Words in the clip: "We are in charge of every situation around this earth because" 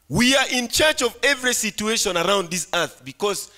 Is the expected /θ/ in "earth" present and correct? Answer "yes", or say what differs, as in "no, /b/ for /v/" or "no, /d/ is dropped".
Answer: yes